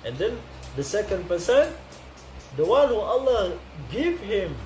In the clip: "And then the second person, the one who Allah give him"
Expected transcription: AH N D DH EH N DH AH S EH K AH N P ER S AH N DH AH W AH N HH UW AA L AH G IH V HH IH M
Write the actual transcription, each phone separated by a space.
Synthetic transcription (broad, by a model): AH N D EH N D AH S EH K AH N P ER S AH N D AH W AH N HH UW AA L AH G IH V HH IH M